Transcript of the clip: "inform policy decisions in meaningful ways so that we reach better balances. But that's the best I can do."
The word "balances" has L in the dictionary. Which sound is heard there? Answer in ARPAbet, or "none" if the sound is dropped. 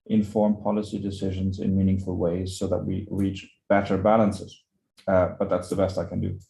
L